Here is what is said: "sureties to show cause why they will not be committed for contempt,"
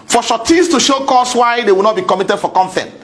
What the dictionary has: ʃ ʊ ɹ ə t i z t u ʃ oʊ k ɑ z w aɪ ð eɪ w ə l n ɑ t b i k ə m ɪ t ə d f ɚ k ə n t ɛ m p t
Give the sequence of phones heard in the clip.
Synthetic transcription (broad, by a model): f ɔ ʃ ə t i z t u ʃ oʊ k ɑ s w aɪ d eɪ w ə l n ɑ t b i k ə m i t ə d f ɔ k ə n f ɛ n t